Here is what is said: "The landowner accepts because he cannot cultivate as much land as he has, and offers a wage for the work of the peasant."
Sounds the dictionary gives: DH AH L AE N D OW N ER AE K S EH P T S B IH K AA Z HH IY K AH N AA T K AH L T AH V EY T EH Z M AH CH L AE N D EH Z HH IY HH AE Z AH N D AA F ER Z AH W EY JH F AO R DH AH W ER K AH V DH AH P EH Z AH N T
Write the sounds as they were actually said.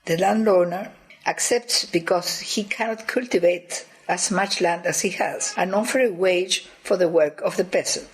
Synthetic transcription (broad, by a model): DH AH L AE N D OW N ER AE K S EH P T S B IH K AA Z HH IY K AH N AA T K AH L T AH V EY T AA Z M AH CH L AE N D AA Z HH IY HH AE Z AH N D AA F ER AH W EY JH F AO R DH AH W ER K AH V DH AH P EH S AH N